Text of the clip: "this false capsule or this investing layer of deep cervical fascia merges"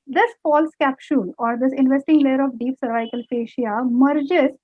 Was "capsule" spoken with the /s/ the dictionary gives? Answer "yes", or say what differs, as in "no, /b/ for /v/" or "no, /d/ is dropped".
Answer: no, /ʃ/ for /s/